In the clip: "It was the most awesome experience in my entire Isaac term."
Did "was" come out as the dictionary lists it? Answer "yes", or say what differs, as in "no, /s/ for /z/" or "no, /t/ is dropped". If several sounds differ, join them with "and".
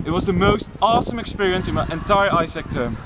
yes